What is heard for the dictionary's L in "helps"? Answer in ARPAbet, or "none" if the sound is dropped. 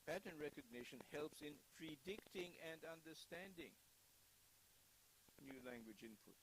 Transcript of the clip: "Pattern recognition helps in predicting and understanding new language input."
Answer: L